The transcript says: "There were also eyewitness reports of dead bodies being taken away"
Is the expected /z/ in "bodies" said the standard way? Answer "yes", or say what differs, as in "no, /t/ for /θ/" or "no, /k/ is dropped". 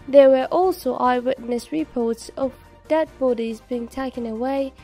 yes